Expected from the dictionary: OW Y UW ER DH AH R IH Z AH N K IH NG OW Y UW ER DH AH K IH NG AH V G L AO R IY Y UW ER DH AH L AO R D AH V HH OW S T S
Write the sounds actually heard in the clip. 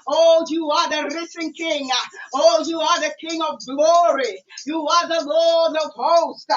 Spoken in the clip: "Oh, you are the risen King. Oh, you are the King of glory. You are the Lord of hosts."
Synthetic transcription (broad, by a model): OW Y UW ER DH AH R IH S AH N K IH NG OW Y UW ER DH AH K IH NG AH V G L AO R IY Y UW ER DH AH L AO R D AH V HH OW S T